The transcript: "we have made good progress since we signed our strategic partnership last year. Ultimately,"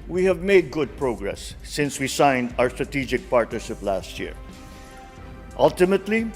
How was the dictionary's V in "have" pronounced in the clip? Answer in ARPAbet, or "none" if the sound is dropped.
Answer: V